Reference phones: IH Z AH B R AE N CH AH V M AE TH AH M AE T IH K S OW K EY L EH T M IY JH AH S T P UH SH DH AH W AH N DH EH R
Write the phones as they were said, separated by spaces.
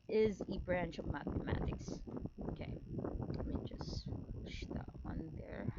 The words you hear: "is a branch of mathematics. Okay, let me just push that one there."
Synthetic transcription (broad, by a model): IH Z AH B R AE N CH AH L M AE TH AH M AE T IH K S OW K EY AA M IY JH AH S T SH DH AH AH N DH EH R